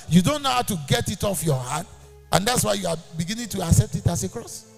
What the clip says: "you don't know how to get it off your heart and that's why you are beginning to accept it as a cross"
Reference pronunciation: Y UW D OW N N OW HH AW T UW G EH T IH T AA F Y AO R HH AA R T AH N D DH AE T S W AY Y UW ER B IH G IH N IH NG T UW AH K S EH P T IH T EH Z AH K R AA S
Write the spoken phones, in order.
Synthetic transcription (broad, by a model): Y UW D OW N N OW HH AW T UW G EH T IH T AA F Y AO HH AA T T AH N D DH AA T S W AY Y UW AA B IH G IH N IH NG T UW AH K S EH P T IH T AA S AH K R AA S